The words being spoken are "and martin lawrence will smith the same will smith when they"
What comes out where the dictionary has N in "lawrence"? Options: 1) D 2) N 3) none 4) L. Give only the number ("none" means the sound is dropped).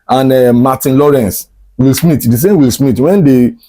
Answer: 2